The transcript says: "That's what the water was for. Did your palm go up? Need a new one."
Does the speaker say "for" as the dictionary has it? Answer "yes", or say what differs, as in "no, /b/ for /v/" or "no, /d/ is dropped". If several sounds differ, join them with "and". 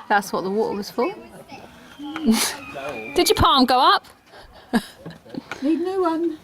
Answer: no, /l/ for /ɹ/